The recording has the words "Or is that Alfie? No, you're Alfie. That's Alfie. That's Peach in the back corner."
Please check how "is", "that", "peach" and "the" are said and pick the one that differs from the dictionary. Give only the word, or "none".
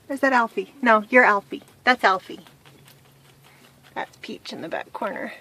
none